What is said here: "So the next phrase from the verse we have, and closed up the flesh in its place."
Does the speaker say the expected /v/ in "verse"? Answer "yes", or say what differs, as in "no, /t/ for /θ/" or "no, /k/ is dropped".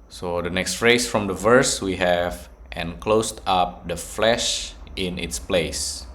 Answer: yes